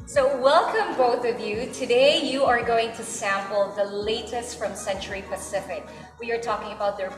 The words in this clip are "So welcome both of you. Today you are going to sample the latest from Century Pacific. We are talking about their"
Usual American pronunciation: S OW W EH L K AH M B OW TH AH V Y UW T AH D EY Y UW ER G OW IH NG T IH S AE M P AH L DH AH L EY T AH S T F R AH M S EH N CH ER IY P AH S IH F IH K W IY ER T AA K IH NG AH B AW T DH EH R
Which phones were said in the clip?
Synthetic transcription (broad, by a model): S OW W EH L K AH M B OW TH AH V Y UW T AH D EY Y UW ER G OW IH NG T IH S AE M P L DH AH L EY T AH S T F R AH M S EH N CH ER IY P AH S IH F IH K W IY ER T AA K IH NG AH B AW T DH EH R